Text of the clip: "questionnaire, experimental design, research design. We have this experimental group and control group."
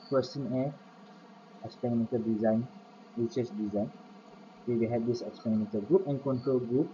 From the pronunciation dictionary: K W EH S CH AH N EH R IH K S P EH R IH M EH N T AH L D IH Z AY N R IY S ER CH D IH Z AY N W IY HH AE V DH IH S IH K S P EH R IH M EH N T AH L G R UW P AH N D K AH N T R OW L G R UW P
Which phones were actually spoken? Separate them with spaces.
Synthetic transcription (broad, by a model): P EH S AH N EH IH S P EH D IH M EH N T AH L D IH Z AY N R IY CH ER S D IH Z AY N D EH HH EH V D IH S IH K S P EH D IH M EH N T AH L G R UW P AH N K AH N T R OW L G R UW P